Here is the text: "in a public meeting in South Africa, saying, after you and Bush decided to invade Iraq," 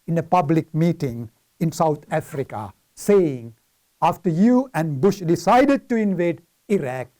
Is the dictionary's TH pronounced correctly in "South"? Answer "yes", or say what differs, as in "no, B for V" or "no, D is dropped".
no, T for TH